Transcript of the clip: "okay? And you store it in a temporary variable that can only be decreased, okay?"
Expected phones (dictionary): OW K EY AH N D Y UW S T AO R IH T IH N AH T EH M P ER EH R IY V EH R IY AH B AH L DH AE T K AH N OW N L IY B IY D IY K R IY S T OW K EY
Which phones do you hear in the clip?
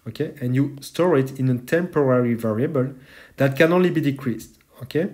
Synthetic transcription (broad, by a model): OW K EY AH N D Y UW S T AO R IH T IH N AH T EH M P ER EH R IY V EH R IY AH B AH L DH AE T K AH N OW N L IY B IY D IY K R IY S T OW K EY